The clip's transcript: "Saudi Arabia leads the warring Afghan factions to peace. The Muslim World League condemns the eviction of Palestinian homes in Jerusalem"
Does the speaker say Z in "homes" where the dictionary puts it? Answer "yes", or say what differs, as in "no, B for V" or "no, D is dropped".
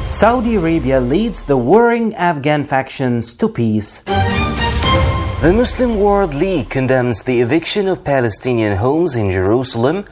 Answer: yes